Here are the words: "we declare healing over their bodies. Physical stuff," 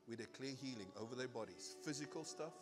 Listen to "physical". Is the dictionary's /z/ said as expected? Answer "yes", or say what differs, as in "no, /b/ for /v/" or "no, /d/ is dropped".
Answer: yes